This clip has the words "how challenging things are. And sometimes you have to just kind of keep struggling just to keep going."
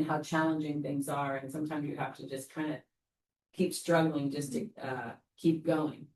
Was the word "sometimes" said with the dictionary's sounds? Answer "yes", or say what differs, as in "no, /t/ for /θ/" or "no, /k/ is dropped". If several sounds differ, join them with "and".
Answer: yes